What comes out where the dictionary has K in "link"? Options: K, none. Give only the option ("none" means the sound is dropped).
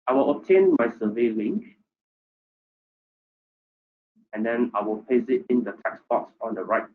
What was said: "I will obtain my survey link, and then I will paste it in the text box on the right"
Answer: K